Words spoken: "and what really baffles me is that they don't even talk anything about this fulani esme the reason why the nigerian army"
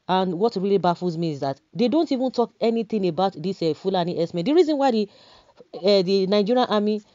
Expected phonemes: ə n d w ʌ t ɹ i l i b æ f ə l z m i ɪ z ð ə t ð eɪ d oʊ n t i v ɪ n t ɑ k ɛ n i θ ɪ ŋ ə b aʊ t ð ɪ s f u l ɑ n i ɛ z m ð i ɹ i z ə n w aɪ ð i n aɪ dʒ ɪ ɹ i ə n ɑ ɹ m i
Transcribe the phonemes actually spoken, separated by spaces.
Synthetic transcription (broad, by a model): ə n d w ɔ t ɹ i l i b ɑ f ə z m i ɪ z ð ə t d eɪ d oʊ n t i v ɪ n t ɑ k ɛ n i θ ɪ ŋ ə b aʊ t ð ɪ s f u l ɑ n i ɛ s m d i ɹ i z ə n w aɪ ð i n aɪ dʒ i ɹ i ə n ɑ m i